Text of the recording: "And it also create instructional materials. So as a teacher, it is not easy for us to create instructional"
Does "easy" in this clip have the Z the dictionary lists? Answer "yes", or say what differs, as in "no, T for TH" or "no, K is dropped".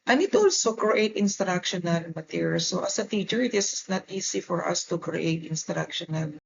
no, S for Z